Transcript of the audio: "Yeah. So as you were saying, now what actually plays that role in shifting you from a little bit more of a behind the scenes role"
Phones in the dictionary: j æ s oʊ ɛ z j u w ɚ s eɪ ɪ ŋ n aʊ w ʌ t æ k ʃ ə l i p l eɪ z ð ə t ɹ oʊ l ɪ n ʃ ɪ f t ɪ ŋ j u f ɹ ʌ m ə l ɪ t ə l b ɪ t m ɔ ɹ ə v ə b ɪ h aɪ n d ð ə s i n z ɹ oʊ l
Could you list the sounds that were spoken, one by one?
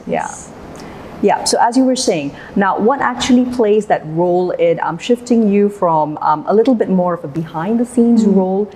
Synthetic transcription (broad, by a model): j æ s oʊ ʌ z j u w ɚ s eɪ ɪ ŋ n aʊ w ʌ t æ k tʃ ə l i p l eɪ z ð ə t ɹ oʊ l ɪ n ʃ ɪ f t ɪ ŋ j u f ɹ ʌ m ə l ɪ t l b ɪ t m ɔ ɹ ə v ə b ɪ h aɪ n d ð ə s i n z ɹ oʊ l